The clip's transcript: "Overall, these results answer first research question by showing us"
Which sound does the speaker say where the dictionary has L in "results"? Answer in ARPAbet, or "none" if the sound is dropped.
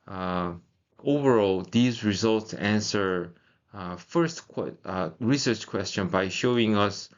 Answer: L